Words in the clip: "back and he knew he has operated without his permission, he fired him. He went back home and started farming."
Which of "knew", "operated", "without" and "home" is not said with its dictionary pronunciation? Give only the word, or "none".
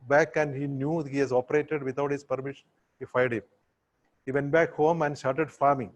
without